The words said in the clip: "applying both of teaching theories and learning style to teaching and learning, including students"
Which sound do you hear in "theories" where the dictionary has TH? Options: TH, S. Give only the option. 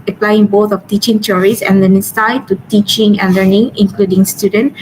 S